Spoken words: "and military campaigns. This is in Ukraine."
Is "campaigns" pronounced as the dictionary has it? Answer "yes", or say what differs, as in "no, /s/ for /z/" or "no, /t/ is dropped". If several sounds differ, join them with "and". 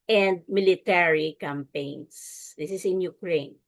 no, /s/ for /z/